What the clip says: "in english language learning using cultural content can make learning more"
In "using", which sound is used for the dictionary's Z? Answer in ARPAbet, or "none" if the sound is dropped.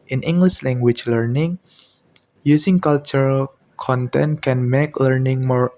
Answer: S